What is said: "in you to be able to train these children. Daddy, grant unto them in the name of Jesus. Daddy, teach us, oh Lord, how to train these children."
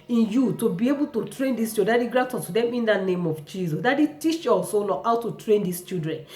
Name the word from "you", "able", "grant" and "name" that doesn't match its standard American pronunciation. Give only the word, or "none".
grant